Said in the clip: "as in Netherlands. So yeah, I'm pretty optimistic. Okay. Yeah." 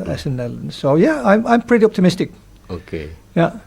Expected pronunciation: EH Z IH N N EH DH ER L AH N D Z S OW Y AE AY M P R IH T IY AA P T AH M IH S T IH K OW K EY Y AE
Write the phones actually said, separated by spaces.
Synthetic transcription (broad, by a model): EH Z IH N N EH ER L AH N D S OW Y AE AY M P R IH T IY AA P T AH M IH S T IH K OW K EY Y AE